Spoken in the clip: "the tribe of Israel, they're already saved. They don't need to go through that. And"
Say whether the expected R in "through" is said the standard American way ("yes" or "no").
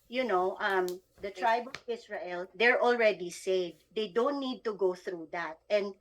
yes